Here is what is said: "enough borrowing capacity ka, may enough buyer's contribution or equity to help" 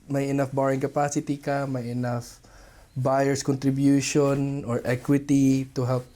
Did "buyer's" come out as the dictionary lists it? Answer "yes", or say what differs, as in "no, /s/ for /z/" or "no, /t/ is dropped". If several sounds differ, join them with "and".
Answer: no, /s/ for /z/